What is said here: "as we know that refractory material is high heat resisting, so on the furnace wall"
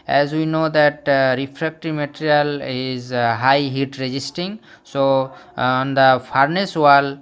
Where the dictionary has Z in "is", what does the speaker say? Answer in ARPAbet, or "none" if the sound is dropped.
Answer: Z